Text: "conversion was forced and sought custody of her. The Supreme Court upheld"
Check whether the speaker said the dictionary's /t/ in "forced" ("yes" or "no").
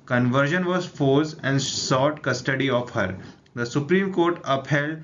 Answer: no